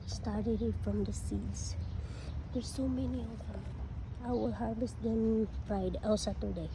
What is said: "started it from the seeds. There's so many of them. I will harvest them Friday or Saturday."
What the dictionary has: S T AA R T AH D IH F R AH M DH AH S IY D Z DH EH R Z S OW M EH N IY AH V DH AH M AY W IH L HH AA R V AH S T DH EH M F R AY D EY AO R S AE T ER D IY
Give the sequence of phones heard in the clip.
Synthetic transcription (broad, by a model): S T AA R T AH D IH F R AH M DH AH S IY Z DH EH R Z S OW M EH N IY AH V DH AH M AY W IH L HH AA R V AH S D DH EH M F R AY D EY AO L S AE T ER D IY